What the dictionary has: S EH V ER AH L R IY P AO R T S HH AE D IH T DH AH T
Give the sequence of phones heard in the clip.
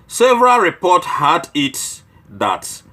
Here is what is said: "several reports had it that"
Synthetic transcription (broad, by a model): S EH V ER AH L R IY P AO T HH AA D IH T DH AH T